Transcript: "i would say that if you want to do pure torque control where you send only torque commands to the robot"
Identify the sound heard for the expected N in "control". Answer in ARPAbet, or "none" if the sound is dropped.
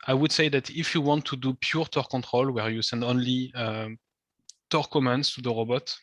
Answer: N